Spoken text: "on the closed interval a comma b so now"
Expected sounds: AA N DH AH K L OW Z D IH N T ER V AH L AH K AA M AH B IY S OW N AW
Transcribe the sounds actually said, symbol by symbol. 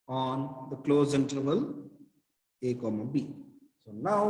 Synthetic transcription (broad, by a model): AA N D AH K L OW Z IH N T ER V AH L AH K AA M AH B IY S OW N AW